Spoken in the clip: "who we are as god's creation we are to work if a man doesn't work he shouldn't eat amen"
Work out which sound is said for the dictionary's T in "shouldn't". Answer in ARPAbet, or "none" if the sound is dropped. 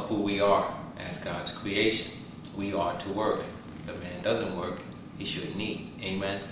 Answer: none